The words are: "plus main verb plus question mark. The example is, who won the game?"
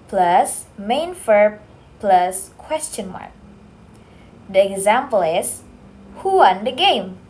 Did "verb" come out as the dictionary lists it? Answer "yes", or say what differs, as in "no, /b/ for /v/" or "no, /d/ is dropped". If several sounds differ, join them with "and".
no, /f/ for /v/